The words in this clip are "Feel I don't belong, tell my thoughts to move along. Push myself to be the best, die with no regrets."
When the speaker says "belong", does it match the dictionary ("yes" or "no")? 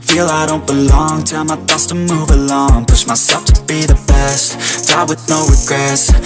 yes